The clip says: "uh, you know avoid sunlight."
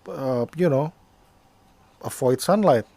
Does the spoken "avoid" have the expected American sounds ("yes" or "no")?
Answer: no